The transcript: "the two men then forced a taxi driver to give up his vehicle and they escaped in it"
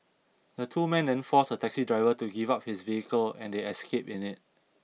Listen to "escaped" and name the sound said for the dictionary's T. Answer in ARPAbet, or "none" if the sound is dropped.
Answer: none